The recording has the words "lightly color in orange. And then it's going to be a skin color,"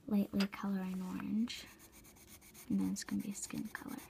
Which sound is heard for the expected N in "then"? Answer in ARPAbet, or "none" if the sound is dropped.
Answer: none